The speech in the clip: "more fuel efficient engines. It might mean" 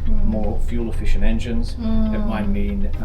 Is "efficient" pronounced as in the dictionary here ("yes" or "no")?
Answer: no